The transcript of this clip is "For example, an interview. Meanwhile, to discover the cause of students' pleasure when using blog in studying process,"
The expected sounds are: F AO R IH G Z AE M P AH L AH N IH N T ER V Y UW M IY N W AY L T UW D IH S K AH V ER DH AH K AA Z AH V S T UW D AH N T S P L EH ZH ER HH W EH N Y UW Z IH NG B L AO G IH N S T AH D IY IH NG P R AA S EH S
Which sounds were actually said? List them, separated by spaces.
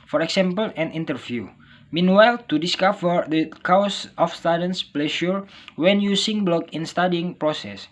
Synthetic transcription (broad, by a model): F AO R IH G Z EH M P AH L AH N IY N T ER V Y UW M IY N W AY L T UW D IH S K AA F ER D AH K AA S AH F S T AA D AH N S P L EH SH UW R W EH N Y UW S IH NG B L AO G IH N S T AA D IY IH NG P R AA S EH S